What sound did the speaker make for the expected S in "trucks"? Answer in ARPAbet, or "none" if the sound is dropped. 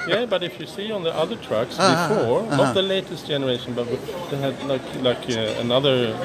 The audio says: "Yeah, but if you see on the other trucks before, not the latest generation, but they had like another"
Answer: S